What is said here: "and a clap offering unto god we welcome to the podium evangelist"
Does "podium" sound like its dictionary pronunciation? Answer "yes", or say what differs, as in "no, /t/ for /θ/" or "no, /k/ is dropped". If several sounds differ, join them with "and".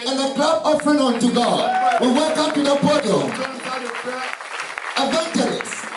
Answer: no, /m/ is dropped